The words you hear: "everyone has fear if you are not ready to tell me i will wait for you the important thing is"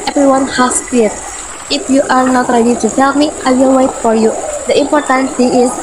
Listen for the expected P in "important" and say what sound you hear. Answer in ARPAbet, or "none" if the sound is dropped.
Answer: P